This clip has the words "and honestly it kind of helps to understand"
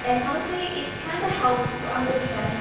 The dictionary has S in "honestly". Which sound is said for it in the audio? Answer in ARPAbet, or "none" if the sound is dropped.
none